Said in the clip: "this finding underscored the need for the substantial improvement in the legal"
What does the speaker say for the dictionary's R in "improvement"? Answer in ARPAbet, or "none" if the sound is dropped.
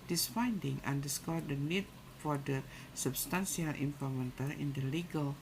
none